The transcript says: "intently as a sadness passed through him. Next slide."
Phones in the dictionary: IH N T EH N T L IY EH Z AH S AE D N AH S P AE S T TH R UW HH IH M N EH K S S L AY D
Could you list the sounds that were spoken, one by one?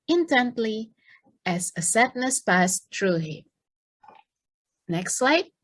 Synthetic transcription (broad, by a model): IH N T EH N T L IY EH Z AH S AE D N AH S P AE S T R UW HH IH N EH K S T L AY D